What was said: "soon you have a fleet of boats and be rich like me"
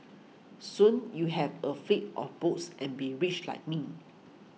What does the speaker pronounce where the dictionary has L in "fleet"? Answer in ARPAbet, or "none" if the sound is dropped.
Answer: none